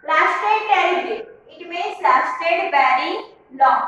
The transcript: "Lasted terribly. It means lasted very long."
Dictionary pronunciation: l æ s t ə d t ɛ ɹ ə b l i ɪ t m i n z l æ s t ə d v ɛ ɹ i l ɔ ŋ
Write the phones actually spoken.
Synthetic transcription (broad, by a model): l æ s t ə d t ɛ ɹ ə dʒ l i ɪ t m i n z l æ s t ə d b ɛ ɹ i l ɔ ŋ